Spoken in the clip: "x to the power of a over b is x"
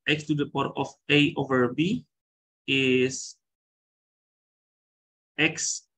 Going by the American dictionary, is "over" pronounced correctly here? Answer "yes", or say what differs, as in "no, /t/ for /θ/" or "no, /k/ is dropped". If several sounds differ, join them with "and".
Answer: yes